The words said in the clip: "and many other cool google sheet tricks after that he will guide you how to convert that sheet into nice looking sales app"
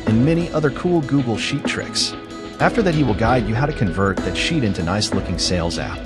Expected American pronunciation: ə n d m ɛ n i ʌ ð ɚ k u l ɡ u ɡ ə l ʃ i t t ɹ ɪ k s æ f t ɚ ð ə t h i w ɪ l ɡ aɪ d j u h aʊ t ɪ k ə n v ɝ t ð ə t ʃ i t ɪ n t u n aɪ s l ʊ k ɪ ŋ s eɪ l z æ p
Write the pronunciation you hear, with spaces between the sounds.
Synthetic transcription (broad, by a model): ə n m ɛ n i ʌ ð ɚ k u l ɡ u ɡ l ʃ i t t ɹ ɪ k s æ f t ɚ ð ə t h i w ɪ l ɡ aɪ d j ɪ h aʊ t ɪ k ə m v ɝ t ð ə t ʃ i t ɪ n t u n aɪ s l ʊ k ɪ ŋ s eɪ l z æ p